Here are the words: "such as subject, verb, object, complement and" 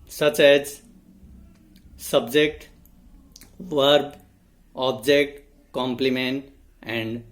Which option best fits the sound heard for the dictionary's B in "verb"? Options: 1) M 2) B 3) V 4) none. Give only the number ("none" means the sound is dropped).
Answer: 2